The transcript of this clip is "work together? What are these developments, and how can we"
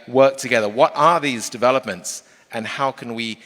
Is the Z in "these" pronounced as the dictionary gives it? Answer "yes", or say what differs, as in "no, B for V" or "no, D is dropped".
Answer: yes